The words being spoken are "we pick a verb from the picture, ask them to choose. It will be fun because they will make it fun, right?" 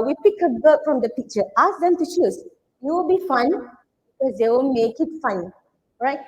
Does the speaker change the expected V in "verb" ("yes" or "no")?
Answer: yes